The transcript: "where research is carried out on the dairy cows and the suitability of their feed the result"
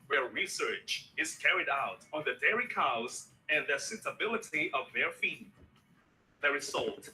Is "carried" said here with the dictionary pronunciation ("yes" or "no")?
yes